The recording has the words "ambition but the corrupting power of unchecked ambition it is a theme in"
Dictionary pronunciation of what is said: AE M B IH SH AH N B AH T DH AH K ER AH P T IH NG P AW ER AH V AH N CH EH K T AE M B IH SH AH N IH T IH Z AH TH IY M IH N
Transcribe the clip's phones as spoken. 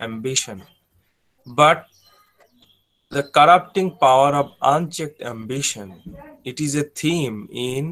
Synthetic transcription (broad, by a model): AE M B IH SH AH N B AH T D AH K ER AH P T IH NG P AW ER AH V AH N CH EH K T AE M B IH SH AH N IH T IH Z AH T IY M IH N